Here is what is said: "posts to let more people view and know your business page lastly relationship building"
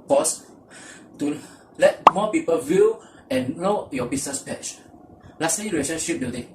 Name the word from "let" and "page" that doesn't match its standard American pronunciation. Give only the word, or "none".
page